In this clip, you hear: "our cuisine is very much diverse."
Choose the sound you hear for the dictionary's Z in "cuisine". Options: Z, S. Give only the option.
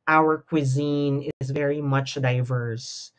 Z